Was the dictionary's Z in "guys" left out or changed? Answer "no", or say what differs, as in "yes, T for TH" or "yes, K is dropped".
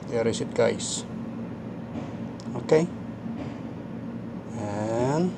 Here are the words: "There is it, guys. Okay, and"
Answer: yes, S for Z